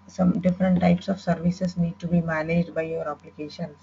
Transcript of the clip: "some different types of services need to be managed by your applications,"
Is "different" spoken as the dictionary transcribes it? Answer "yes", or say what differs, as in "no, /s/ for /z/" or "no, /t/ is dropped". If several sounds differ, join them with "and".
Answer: yes